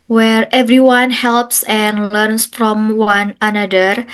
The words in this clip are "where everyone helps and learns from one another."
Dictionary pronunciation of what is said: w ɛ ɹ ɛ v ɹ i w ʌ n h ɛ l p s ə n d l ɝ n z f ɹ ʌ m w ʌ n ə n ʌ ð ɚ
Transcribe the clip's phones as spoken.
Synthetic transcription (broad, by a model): w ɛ ɹ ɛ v ɹ i w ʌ n h ɛ l p s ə n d l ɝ n s f ɹ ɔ m w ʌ n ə n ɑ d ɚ